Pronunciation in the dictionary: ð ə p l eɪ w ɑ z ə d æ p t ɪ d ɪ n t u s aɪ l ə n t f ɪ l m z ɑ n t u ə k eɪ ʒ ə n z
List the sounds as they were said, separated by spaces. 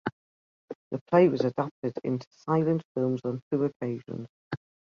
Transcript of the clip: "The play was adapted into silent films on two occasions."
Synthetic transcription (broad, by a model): ð ə p l eɪ w ɑ z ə d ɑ p t ɪ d ɪ n t u s aɪ l ə n t f ɪ l m z n t u ə k eɪ ʒ ə n z